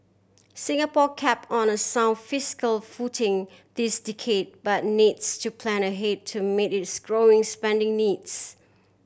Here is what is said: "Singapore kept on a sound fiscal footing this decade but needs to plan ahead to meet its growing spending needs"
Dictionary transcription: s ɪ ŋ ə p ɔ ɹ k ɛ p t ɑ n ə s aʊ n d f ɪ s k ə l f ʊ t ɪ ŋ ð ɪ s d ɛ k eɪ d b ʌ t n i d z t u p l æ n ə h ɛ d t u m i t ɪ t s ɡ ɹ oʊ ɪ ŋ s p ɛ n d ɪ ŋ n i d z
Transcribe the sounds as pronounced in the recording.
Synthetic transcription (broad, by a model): s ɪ ŋ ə p ɔ k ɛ p ɑ n ə s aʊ n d f ɪ s k ə l f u t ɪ ŋ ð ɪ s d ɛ k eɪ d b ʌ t n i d s t u p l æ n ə h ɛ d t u m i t ɪ t s ɡ ɹ oʊ ɪ ŋ s p ɛ n d ɪ ŋ n i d s